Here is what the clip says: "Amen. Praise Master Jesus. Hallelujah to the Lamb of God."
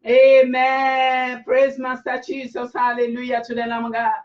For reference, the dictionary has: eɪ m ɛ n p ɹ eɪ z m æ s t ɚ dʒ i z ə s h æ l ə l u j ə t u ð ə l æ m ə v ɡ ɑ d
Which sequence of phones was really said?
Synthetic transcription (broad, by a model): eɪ m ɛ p ɹ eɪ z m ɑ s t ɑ tʃ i s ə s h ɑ l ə l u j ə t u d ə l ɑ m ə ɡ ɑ